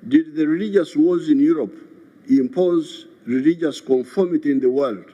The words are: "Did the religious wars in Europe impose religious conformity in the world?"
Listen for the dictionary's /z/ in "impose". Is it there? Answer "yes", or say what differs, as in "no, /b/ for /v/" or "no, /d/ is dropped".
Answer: yes